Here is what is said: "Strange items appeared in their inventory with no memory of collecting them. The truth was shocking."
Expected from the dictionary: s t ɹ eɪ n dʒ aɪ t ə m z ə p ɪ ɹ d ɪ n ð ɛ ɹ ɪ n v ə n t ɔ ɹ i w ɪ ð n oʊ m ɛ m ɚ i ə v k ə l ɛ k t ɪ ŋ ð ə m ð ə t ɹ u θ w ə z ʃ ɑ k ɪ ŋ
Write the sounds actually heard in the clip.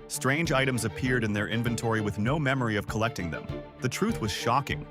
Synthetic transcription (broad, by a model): s t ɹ eɪ n dʒ aɪ t ə m z ə p ɪ ɹ d ɪ n ð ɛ ɹ ɪ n v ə n t ɔ ɹ i w ɪ ð n oʊ m ɛ m ɚ i ə v k ə l ɛ k t ɪ ŋ ð ə m ð ə t ɹ u θ w ə z ʃ ɑ k ɪ ŋ